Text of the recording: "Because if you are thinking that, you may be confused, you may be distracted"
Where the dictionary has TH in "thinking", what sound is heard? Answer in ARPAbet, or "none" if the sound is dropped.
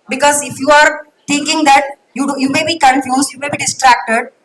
T